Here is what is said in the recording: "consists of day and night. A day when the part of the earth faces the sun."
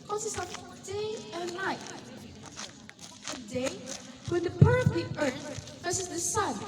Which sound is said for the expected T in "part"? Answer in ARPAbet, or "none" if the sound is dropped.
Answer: none